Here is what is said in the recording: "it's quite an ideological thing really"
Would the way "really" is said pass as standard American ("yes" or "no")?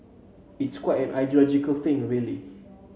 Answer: yes